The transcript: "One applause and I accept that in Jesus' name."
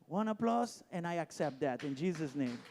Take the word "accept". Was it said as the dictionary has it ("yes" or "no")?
yes